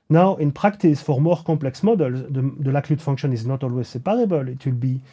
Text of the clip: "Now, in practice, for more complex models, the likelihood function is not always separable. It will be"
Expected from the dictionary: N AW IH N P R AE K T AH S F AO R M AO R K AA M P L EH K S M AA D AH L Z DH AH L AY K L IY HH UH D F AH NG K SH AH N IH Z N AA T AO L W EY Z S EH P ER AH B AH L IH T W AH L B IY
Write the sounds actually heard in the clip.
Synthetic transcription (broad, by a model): N AW IH N P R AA K T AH S F AO R M AO R K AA P L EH K S M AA D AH L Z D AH L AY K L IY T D F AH NG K SH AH N IH Z N AA T AO L W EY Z S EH P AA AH B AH L IH T W AH L B IY